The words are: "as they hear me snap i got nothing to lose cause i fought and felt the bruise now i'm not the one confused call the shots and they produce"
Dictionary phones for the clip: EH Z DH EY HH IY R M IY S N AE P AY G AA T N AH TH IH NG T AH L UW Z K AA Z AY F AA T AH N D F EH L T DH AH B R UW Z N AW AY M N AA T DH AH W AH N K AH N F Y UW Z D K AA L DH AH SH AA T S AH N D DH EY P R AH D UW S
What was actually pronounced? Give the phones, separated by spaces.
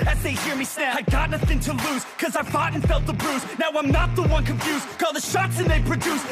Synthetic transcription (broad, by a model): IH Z DH EY HH IY R M IY S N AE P AY G AA T N AH TH IH NG T AH L UW Z K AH Z AY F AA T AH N F EH L T DH AH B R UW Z N AW AY M N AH T DH AH W AH N K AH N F Y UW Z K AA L DH AH SH AA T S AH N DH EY P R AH D UW S